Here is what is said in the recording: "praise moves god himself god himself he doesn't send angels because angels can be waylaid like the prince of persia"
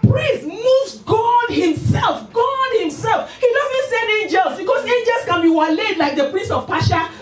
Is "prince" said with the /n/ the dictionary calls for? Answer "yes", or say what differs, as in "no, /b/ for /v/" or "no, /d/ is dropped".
no, /n/ is dropped